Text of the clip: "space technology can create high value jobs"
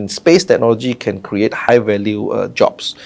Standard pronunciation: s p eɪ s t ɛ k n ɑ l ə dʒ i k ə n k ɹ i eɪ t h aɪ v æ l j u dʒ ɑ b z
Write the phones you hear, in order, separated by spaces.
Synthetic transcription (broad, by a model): s p eɪ s t ɛ k n ɑ l ə dʒ i k ə n k ɹ i eɪ t h aɪ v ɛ l j u dʒ ɑ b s